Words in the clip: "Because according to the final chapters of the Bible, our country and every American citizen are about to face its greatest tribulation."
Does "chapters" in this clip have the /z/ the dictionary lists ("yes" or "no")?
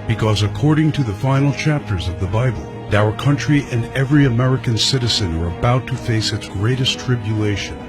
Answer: yes